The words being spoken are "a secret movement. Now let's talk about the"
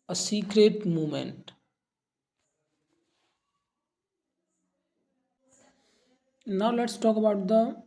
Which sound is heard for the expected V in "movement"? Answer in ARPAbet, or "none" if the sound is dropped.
none